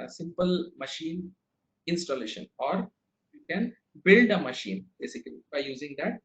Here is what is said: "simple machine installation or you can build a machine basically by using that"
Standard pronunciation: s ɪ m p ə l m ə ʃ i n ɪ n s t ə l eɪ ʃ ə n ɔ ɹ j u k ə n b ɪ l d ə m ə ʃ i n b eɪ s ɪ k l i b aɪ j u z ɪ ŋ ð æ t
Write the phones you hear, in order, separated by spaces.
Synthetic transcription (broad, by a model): s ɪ m p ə l m ə ʃ i n ɪ n s t ə l eɪ ʃ ə n ɔ ɹ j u k ə n b ɪ l d ə m ə ʃ i n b eɪ s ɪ k l i b aɪ j u z ɪ ŋ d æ t